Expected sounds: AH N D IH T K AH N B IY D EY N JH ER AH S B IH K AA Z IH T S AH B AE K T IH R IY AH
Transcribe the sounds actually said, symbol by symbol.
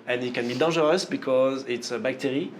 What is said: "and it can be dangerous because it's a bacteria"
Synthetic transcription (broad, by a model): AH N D IH T K AH N B IY D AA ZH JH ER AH S B IH K AA Z IH T S AH B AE K T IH R IY